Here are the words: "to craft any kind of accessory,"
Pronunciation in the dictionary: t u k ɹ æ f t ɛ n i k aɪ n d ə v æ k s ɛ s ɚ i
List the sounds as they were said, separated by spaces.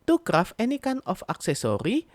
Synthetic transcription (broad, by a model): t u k ɹ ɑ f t ɛ n i k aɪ n ə f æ k s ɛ s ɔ i